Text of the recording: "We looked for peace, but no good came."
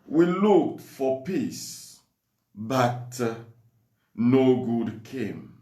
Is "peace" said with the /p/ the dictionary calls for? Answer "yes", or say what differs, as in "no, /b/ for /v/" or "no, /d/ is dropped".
yes